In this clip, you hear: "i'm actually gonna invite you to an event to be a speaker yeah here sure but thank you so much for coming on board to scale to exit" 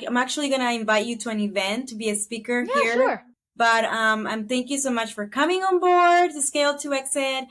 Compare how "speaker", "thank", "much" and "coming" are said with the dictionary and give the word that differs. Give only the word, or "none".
none